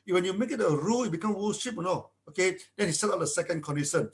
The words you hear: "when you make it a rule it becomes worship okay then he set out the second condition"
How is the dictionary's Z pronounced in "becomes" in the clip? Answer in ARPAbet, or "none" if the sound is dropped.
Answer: none